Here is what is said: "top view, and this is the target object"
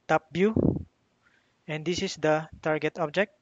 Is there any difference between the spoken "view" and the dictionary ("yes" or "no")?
yes